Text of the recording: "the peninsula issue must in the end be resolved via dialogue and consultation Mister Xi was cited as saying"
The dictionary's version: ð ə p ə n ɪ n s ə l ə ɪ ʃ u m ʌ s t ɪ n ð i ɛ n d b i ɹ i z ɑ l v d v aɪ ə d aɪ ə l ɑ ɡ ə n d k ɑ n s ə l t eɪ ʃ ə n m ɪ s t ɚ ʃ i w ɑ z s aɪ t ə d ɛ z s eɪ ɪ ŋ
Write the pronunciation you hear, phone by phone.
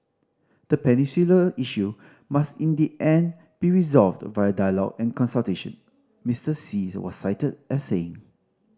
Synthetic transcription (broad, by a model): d ə p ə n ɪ s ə l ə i ʃ u m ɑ s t ɪ n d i ɛ n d b i ɹ i z ɑ l v d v aɪ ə d aɪ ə l ɑ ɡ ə n k ɑ n s ə l t eɪ ʃ ə n m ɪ s t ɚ s i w ɑ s aɪ t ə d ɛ s eɪ ɪ ŋ